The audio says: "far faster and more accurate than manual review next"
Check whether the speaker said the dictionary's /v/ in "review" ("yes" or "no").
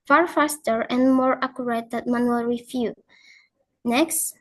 no